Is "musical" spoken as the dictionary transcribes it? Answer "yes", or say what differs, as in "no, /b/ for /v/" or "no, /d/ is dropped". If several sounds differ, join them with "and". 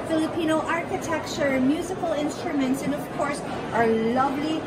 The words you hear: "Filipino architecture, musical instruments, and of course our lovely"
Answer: yes